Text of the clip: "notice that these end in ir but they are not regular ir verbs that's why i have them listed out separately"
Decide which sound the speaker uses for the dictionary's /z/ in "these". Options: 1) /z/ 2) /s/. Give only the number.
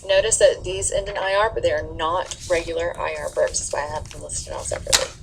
1